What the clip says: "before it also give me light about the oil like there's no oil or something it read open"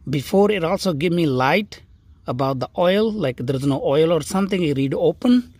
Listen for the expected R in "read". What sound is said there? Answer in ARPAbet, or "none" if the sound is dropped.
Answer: R